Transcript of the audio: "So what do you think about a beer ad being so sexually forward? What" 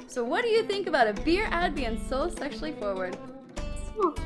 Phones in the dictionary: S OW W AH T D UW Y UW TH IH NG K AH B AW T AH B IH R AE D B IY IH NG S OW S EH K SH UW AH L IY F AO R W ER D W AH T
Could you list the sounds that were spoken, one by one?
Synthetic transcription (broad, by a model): S OW W AH T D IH Y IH TH IH NG K AH B AW T AH B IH R AE D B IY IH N S OW S EH K SH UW L IY F AO R W ER D